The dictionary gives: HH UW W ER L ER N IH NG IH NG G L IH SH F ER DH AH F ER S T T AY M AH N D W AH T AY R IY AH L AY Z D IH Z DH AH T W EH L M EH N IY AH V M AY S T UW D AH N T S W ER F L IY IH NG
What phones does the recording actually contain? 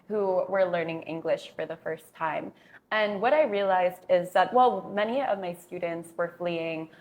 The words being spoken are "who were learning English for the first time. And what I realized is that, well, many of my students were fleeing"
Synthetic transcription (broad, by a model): HH UW W ER L ER N IH NG IH NG G L IH SH F ER DH AH F ER S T T AY M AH N W AH T AY R IY AH L AY Z D IH Z DH AH T W EH L M EH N IY AH V M AY S T UW D N T S W ER F L IY IH NG